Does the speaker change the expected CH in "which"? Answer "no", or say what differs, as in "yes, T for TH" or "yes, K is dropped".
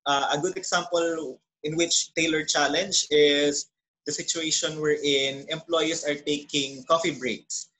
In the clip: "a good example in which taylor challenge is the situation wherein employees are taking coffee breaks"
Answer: no